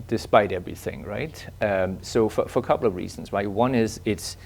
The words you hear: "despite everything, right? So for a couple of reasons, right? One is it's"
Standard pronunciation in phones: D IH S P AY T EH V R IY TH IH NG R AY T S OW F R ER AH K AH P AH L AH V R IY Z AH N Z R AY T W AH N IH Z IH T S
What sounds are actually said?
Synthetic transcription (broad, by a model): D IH S P AY T EH V R IY TH IH NG R AY T S OW F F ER AH K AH P L AH V R IY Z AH N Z R AY T W AH N IH Z IH T S